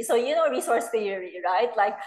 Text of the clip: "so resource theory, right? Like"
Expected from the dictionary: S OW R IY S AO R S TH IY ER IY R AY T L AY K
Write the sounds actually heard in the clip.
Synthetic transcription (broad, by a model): S OW R IY S AO R S F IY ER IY R AY T L AY K